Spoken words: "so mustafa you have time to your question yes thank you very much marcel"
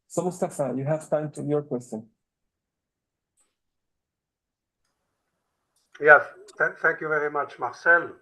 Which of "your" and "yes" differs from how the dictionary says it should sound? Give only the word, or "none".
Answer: yes